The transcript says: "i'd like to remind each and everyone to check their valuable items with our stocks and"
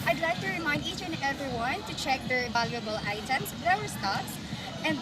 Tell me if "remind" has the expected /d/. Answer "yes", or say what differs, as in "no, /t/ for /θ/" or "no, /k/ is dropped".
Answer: yes